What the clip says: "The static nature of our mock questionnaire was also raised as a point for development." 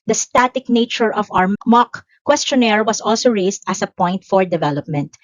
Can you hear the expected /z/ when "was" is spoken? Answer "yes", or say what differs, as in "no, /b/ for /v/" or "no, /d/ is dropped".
no, /s/ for /z/